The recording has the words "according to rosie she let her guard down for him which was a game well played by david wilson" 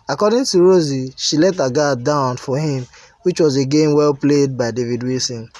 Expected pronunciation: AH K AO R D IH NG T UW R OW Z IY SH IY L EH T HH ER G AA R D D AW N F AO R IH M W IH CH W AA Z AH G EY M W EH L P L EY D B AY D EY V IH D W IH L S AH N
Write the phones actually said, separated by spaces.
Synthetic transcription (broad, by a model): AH K AO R D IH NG T UW R OW Z IY SH IY L EH T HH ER G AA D D AW N F AO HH IH M W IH CH W AA Z AH G EY M W EH L P L EY D B AY D EY V IH D W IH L S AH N